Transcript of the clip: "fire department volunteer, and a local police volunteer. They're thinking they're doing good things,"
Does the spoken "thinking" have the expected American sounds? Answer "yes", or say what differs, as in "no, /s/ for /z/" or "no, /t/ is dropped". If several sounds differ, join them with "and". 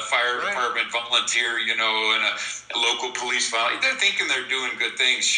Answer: yes